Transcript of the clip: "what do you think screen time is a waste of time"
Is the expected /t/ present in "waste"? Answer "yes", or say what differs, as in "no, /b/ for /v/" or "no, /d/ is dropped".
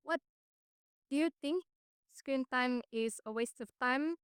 yes